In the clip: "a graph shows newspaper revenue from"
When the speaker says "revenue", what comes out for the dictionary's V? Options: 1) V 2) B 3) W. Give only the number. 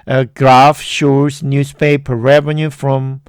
1